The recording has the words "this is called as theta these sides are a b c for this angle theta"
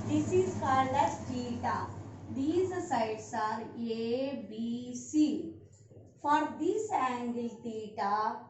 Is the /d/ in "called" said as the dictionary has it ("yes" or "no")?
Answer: no